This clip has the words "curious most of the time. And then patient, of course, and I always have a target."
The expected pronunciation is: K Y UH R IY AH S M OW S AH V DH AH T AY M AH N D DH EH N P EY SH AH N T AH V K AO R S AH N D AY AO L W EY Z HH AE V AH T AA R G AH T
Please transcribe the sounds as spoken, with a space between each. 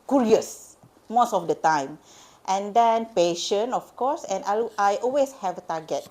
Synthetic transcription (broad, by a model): K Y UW R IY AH S M OW S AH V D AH T AY M AH N D EH N P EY SH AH N AH F K AO S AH N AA AY AO L W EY S HH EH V AH T AA G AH T